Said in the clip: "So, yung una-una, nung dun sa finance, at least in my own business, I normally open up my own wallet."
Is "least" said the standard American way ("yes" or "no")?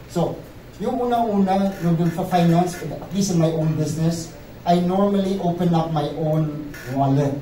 no